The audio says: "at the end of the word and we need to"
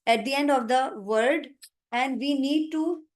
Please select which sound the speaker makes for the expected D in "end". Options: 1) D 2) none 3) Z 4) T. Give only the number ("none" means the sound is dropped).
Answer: 1